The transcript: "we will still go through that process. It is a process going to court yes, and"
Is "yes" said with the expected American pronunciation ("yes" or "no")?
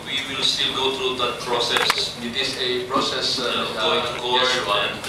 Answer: no